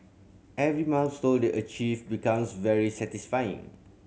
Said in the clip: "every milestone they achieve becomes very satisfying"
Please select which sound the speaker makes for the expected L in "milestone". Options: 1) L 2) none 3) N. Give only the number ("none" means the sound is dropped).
3